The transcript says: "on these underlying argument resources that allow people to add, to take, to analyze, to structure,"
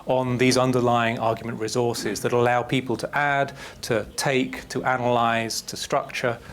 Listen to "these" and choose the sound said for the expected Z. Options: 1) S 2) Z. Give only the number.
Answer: 2